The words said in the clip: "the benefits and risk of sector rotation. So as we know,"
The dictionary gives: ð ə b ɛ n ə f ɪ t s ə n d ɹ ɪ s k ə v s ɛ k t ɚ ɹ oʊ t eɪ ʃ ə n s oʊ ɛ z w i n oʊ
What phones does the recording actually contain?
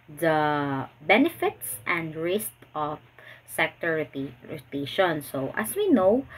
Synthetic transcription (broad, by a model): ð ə b ɛ n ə f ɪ t s ə n d ɹ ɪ s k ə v s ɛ k t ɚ ɹ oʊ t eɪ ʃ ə n s oʊ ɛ s w i n oʊ